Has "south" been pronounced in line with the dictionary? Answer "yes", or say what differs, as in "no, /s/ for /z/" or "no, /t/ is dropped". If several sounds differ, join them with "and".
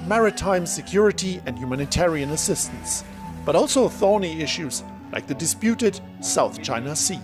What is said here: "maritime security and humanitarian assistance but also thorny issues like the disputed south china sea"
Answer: yes